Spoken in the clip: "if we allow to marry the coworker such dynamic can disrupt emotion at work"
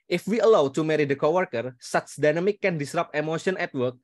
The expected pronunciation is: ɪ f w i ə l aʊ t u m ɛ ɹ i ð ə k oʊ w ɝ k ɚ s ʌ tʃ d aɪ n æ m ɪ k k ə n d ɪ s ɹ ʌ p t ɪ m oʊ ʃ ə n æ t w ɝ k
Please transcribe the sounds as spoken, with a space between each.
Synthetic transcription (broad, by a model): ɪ f w i ə l aʊ t u m ɛ ɹ i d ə k oʊ w ɝ k ɚ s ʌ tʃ d aɪ n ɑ m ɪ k k ə n d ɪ s ɹ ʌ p ɪ m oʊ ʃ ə n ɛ t w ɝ k